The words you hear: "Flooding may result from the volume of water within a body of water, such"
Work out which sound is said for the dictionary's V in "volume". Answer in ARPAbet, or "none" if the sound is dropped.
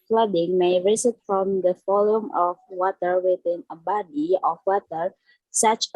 F